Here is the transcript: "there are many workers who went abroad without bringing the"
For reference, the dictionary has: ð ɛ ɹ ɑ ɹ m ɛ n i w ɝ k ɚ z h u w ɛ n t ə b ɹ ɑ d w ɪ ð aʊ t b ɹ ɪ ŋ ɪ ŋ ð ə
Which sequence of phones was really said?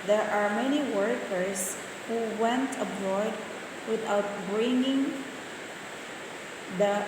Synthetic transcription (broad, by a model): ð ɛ ɹ ɑ ɹ m ɛ n i w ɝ k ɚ s h u w ɛ n t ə b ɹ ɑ d w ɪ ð aʊ t b ɹ ɪ ŋ ɪ ŋ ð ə